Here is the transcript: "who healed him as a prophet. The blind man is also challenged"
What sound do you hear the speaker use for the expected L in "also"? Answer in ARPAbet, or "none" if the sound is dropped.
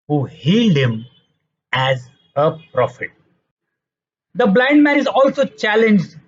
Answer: L